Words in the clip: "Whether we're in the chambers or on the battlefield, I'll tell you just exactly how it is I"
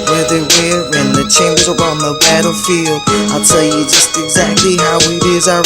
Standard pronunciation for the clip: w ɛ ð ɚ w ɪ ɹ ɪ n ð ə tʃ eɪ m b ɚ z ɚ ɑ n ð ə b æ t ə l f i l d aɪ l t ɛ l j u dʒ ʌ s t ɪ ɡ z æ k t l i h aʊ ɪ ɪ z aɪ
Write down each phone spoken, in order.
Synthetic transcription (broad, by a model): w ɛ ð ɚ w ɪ w ɪ n ð ə tʃ eɪ m b ɚ z ɚ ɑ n ð ə b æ t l f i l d aɪ l t ɛ l j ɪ dʒ ʌ s t ɪ ɡ z æ k t l i h aʊ ɪ ɪ z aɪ